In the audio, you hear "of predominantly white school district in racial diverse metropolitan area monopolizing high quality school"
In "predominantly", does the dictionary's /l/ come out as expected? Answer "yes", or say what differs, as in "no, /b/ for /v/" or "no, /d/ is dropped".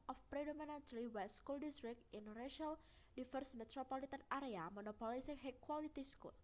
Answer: no, /l/ is dropped